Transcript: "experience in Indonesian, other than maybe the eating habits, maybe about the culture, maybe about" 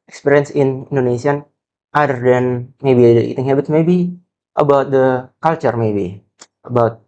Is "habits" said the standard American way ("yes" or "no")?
no